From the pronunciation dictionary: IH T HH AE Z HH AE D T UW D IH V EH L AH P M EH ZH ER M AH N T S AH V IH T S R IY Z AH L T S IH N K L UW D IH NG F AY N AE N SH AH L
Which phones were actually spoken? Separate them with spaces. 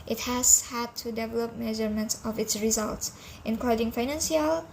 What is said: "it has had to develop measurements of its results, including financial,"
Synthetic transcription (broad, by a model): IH T HH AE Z HH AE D T UW D IH V EH L AH P M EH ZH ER M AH N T S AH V IH T S R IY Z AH L T S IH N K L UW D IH NG F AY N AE N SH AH L